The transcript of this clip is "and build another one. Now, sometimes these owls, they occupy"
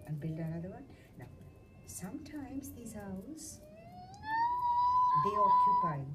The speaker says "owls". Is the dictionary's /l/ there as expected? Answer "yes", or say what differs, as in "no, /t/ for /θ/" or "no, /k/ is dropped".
no, /l/ is dropped